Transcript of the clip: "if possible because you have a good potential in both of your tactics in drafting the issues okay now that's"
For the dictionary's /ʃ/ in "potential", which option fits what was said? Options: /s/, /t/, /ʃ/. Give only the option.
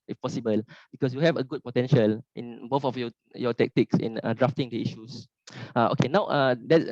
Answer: /ʃ/